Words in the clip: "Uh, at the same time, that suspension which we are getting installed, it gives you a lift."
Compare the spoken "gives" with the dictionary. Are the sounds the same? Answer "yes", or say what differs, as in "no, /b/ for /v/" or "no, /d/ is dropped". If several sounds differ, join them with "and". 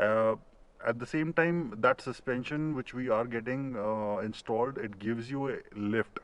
yes